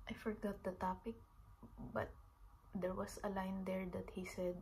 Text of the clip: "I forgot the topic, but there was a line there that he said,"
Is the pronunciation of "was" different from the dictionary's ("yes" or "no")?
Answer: yes